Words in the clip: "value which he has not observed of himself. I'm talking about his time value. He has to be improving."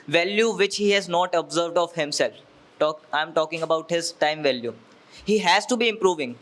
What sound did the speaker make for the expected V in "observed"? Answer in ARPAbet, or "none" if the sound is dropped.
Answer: V